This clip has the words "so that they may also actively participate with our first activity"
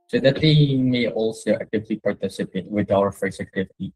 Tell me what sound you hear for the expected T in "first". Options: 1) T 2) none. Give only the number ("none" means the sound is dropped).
2